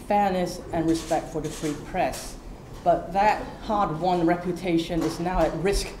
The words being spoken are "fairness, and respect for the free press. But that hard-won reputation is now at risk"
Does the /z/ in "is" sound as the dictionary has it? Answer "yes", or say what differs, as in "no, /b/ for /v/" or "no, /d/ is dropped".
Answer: yes